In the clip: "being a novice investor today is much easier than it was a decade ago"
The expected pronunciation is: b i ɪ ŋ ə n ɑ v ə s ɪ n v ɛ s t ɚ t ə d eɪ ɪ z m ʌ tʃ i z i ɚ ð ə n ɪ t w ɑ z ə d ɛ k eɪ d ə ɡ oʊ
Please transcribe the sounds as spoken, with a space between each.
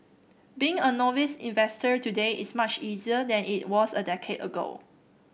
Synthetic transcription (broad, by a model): b i ɪ ŋ ə n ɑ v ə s ɪ n v ɛ s t ɚ t ə d eɪ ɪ s m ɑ tʃ i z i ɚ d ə n ɪ t w ɑ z ə d ɛ k eɪ d ə ɡ oʊ